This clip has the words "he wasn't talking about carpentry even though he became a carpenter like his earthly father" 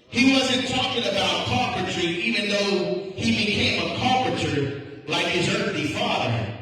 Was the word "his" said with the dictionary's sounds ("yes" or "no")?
yes